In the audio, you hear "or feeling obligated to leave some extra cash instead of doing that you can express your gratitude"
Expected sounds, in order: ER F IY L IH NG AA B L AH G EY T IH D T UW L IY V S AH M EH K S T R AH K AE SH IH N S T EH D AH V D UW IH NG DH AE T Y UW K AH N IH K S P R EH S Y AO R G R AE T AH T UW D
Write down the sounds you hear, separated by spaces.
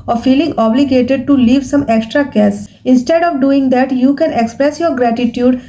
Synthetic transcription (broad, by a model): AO F IY L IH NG AA B L AH G EY T IH D T UW L IY V S AH M EH K S T R AH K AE S IH N S T EH D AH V D UW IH NG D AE T Y UW K AH N IH K S P R EH S Y AO R G R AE T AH T UW D